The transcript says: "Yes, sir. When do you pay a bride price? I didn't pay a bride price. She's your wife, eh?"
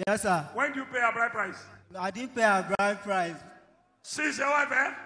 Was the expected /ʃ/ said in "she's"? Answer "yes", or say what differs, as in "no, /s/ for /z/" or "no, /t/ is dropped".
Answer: no, /s/ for /ʃ/